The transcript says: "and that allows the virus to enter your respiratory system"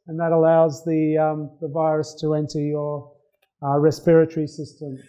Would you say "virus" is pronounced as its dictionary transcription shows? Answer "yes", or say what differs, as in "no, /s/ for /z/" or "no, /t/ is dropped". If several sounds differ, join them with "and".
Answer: yes